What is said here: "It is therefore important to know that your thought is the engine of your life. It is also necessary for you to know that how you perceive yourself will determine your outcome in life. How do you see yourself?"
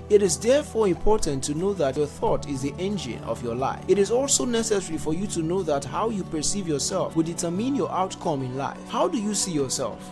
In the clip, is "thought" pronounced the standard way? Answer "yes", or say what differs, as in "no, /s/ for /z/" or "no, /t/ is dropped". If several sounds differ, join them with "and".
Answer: yes